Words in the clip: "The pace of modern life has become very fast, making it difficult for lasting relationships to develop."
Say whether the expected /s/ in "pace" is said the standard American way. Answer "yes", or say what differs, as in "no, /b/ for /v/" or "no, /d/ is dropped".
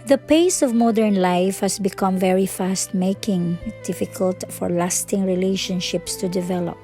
yes